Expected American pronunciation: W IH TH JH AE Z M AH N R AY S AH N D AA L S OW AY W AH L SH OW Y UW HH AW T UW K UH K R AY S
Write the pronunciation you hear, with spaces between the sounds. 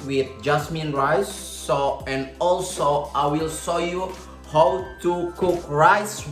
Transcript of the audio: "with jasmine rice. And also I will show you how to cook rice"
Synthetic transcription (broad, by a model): W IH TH JH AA S M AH N R AY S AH N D AA L S OW AY W AH L S OW Y UW HH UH T UW K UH K R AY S